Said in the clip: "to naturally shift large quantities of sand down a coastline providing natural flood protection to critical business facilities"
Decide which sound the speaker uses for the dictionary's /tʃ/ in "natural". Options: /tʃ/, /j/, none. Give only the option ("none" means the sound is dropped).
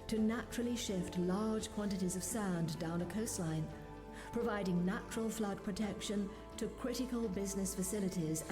/tʃ/